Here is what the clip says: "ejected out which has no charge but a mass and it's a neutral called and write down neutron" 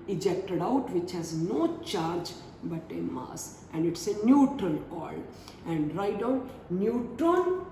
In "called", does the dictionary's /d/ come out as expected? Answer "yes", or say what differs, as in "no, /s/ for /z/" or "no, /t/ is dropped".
no, /d/ is dropped